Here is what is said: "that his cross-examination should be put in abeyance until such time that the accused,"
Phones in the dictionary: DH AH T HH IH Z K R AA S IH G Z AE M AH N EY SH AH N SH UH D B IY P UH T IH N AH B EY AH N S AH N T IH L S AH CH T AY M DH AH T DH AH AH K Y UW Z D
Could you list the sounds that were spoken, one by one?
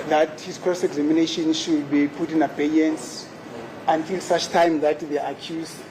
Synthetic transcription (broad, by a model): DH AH T HH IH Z K AA S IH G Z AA M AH N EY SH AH N SH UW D B IY P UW T IH N AH B EY AH N S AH N T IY L S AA CH T AY M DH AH T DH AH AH K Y UW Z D